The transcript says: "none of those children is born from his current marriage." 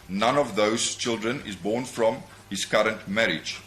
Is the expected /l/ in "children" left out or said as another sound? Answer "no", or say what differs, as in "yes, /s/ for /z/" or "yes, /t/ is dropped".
no